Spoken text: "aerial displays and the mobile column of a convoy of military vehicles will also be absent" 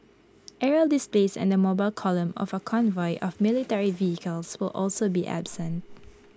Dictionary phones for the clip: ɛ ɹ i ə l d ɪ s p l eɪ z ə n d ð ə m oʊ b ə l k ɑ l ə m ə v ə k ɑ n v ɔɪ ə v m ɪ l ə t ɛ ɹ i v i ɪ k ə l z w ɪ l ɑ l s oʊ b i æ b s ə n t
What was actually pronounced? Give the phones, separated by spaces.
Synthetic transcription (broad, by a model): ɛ ɹ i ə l d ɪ s p l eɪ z ə n d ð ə m oʊ b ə l k ɑ l ə m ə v ə k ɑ n v ɔɪ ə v m ɪ l ə t ɛ ɹ i v i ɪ k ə l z w ɪ l ɑ l s oʊ b i æ b s ə n t